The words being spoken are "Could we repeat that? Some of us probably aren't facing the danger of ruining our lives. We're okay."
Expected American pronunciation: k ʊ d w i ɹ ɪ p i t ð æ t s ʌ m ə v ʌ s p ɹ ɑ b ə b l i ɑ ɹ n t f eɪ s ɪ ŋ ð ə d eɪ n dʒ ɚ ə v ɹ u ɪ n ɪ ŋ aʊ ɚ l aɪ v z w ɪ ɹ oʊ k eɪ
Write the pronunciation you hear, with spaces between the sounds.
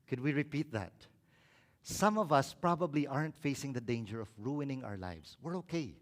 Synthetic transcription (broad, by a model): k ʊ d w i ɹ ɪ p i t ð æ t s ʌ m ə v ʌ s p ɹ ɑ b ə b l i ɑ ɹ n t f eɪ s ɪ ŋ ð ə d eɪ n dʒ ɚ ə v ɹ u ɪ n ɪ ŋ aʊ ɚ l aɪ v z w ɪ ɹ oʊ k eɪ